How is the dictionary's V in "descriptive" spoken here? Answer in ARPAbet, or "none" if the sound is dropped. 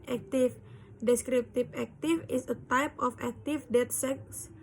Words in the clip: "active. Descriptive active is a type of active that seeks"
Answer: P